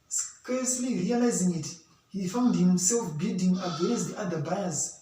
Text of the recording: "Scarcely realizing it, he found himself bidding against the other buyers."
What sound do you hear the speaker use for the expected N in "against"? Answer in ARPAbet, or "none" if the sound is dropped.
none